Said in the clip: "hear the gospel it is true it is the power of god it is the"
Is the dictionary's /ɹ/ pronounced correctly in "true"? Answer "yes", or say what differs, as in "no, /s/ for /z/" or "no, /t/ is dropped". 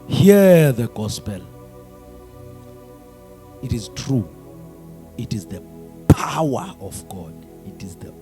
yes